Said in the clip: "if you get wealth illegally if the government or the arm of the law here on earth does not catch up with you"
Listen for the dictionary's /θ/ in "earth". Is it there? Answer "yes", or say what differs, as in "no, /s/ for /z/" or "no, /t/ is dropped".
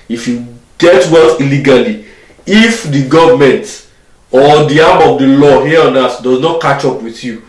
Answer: no, /s/ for /θ/